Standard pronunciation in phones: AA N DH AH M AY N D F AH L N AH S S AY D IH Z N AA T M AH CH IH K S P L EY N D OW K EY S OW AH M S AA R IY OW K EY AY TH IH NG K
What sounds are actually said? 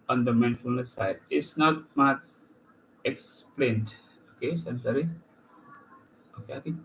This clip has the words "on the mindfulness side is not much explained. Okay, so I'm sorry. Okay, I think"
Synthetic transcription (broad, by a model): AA N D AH M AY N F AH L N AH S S AY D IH S N AA T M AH S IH K S P L EY N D OW K EY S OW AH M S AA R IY OW K EY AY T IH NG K